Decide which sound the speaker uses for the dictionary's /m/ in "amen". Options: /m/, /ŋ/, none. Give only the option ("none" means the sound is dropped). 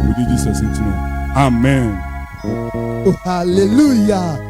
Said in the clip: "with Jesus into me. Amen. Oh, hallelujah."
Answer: /m/